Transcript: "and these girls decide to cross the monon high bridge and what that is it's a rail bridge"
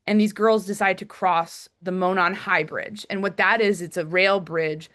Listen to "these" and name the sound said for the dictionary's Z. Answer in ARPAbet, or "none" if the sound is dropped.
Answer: Z